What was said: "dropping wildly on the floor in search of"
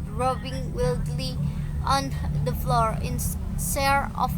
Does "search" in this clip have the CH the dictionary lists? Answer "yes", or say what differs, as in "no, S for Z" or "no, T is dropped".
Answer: no, CH is dropped